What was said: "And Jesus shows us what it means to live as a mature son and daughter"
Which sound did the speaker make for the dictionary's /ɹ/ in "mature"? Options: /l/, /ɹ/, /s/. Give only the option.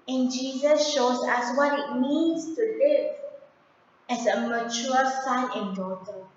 /l/